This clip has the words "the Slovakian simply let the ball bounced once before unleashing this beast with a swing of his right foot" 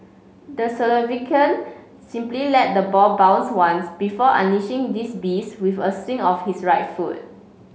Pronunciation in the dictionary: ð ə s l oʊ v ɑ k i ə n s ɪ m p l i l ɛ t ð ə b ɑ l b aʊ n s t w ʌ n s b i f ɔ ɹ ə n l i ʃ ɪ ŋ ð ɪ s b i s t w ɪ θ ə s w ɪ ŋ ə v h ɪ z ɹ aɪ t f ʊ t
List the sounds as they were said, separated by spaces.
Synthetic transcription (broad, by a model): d ə s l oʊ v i k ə n s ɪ m p l i l ɛ t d ə b ɑ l b aʊ n s w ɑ n s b i f ɔ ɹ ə n i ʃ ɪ ŋ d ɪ s b i s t w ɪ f ə s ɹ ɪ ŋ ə f h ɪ s ɹ aɪ t f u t